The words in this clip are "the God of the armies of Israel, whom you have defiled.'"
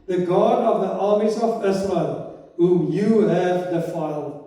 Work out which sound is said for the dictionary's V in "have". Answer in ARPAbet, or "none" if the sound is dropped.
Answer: V